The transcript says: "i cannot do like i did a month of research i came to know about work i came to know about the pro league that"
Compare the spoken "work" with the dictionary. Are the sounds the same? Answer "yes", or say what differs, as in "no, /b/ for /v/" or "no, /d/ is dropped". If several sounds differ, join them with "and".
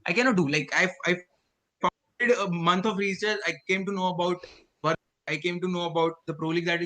no, /k/ is dropped